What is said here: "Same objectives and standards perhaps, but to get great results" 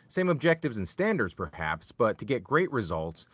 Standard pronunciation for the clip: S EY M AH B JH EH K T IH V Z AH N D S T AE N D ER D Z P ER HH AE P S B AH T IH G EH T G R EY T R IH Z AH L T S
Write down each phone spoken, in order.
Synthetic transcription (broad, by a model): S EY M AH B JH EH K T IH V Z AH N S T AE N D ER D Z P ER HH AE P S B AH T IH G EH T G R EY T R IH Z AH L T S